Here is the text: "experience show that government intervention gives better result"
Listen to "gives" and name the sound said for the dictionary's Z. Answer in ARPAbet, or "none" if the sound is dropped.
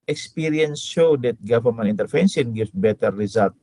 none